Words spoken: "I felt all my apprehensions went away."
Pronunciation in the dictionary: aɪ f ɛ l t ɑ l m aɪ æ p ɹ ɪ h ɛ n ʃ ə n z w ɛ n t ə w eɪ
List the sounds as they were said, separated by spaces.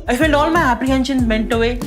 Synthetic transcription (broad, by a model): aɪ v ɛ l ɑ l m aɪ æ p ɹ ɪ h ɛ n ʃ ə n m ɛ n t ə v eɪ